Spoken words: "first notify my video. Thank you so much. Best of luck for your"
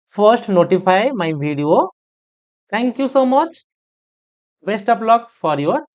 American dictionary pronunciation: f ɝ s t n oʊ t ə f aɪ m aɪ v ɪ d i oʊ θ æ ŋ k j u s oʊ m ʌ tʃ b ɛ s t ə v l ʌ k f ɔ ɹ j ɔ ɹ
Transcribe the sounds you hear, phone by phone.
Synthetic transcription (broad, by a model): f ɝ s t n oʊ t ə f aɪ m aɪ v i d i oʊ t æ ŋ k j u s oʊ m ʌ tʃ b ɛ s t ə p l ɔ k f ɔ ɹ j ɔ ɹ